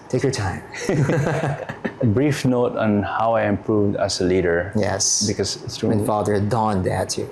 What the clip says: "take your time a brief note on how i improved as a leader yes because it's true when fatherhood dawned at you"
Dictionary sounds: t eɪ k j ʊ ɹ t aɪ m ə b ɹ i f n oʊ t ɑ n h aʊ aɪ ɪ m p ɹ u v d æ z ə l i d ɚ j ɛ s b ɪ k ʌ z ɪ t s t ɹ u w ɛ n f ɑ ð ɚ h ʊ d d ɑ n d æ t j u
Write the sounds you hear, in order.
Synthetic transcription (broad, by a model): t eɪ k j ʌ ɹ t aɪ m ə b ɹ i f n oʊ t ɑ n h aʊ aɪ ɪ m p ɹ u v d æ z ə l i d ɚ j ɛ s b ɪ k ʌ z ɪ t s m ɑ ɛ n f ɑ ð ɚ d d ɑ n d æ t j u